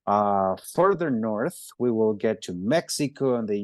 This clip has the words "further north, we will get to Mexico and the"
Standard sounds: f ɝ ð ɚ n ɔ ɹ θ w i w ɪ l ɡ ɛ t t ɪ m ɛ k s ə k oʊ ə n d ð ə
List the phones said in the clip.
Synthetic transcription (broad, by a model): f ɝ ð ɚ n ɔ ɹ θ w i w ɪ l ɡ ɛ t t ɪ m ɛ k s ə k oʊ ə n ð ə